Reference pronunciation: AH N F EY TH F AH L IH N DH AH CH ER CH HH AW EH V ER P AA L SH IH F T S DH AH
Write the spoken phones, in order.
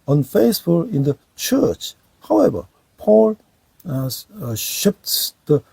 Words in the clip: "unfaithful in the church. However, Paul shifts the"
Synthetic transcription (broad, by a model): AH N F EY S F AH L IH N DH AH CH ER CH HH AW EH V ER P AA L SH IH P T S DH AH